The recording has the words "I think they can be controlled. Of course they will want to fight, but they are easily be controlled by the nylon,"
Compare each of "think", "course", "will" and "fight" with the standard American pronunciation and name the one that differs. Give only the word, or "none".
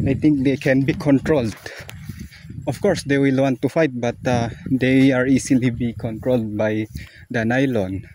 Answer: think